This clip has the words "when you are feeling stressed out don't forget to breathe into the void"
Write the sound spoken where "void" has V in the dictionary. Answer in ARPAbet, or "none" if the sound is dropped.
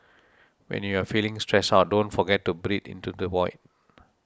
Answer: W